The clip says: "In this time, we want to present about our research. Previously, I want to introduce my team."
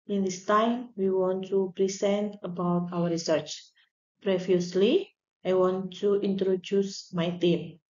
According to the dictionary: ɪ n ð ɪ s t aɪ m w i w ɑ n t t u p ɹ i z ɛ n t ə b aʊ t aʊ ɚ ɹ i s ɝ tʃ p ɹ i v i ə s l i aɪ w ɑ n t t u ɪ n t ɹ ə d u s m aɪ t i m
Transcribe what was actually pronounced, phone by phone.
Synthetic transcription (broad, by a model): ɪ n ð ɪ s t aɪ m w i w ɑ n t t u p ɹ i s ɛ n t ə b aʊ t aʊ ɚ ɹ i s ɝ tʃ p ɹ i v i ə s l i aɪ w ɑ n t t u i n t ɹ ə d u s m aɪ t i m